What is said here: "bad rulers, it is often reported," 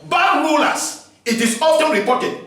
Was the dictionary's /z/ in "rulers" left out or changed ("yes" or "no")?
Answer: yes